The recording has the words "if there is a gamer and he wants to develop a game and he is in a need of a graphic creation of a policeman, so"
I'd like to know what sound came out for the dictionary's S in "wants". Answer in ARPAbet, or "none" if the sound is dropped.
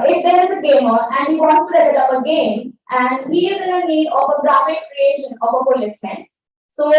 none